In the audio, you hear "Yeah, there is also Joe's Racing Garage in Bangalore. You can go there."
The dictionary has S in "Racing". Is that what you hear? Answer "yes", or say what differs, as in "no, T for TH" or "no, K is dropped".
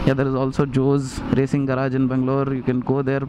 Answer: yes